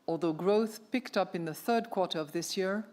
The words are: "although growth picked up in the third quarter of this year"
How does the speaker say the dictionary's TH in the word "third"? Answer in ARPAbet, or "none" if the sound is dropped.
TH